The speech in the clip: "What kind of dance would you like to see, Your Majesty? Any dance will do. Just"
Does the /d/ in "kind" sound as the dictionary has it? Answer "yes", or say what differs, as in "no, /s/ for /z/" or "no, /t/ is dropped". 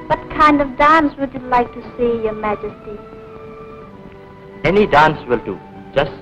yes